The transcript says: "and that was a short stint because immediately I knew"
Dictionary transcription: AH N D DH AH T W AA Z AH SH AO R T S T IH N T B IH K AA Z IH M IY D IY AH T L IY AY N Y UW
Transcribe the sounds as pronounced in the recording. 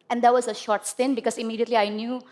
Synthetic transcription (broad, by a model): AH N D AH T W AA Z AH SH AO R T S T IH N B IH K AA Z IH M IY D IY AH T L IY AY N Y UW